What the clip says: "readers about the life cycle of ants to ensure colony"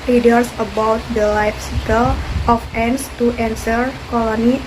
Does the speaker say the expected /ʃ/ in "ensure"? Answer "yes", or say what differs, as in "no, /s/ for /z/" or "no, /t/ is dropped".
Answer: no, /s/ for /ʃ/